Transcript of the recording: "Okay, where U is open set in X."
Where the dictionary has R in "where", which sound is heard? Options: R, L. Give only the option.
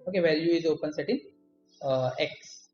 L